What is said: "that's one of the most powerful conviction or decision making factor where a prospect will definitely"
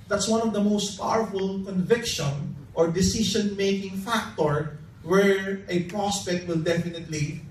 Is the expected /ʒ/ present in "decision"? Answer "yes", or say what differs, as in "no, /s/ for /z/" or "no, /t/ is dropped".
no, /ʃ/ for /ʒ/